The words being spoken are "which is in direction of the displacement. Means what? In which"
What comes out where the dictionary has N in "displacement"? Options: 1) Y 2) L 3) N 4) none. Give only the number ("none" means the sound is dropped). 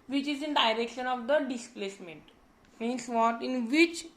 3